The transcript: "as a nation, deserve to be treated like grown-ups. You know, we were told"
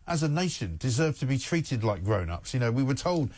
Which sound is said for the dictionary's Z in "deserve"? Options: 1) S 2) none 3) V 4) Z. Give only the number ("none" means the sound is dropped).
4